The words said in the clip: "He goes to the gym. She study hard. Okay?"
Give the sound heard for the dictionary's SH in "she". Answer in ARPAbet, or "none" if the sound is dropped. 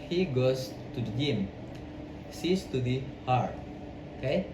S